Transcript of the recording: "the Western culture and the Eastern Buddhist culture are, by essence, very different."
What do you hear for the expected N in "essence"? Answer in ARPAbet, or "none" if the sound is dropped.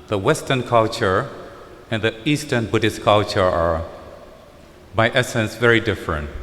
N